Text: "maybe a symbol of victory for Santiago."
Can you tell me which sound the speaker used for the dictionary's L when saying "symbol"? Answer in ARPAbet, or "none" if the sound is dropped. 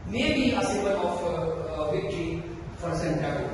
N